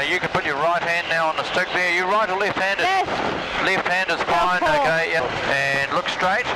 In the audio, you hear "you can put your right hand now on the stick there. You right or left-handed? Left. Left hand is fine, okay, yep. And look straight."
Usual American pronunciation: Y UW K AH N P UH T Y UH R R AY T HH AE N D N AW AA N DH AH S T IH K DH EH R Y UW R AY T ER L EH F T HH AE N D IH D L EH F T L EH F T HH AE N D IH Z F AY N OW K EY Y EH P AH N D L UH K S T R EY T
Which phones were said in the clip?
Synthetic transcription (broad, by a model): Y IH K AH N P UH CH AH R R AY T HH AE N N AW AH N DH AH S T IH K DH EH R Y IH R AY T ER L EH F T HH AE N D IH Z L L EH F T HH AE N D IH Z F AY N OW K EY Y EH AH N L UH K S T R EY T